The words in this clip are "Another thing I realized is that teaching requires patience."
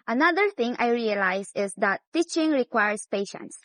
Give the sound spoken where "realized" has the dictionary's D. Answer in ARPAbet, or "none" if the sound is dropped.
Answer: none